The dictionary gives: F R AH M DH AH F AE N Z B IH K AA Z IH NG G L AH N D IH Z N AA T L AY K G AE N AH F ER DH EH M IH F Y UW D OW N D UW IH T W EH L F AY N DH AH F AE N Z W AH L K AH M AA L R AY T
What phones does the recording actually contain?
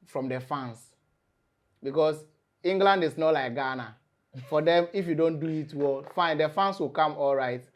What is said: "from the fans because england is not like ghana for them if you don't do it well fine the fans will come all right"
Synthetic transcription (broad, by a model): F R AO M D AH F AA N S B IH K AA S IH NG G L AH N D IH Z N AA T L AY K G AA N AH F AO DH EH M IH F Y UW D OW N D UW IH T W EH L F AY N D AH F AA N S W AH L K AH M AA L R AY T